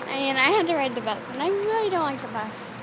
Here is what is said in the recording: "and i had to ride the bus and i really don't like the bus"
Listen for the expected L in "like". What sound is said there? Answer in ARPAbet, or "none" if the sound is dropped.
L